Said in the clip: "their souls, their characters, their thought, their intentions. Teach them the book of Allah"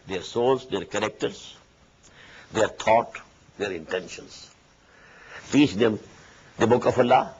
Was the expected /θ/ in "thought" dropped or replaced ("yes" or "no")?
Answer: yes